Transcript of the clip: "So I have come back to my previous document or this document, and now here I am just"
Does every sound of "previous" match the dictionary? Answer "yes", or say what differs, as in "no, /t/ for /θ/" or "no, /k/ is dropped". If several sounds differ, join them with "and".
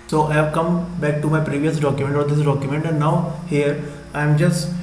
yes